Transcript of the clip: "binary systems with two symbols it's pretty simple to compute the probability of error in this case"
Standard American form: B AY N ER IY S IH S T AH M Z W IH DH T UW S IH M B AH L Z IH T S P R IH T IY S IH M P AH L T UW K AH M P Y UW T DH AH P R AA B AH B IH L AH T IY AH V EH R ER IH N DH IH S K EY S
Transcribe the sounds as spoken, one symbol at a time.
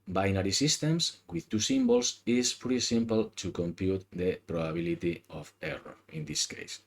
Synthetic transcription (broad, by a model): B AY N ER IY S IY S T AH M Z W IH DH T UW S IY M B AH L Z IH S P UW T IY S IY M P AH L T UW K AH M P Y UW T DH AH P R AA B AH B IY L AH T IY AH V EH R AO IH N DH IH S K EY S